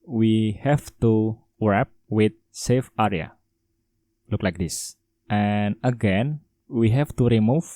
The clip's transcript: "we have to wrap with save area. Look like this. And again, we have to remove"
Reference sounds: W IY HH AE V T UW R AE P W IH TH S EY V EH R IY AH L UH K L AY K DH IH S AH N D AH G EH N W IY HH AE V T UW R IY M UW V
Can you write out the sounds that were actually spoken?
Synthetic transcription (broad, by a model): W IY HH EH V T UW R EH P W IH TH S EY F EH R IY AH L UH K L AY K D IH S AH N AH G EH N W IY HH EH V T UW R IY M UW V